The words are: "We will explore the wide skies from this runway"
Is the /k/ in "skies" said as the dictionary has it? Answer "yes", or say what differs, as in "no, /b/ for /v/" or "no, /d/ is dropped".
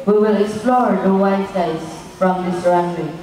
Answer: no, /k/ is dropped